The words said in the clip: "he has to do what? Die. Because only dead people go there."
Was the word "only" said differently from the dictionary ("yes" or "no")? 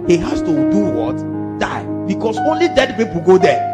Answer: no